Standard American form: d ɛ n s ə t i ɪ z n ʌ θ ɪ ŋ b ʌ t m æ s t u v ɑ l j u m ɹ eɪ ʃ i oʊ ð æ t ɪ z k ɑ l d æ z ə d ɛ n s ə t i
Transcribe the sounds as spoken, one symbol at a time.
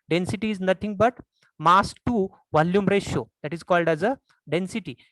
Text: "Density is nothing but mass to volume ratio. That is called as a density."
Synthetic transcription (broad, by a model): d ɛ n s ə t i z n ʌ t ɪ ŋ b ʌ t m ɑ s t u v ɑ l j u m ɹ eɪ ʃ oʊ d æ t ɪ z k ɑ l d æ z ə d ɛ n s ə t i